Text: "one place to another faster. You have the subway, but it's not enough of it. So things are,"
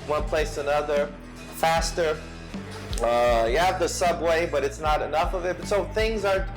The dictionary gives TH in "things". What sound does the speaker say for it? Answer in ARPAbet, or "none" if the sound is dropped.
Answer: TH